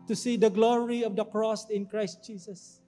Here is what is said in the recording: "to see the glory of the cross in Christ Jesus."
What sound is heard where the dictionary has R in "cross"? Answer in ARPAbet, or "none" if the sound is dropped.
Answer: R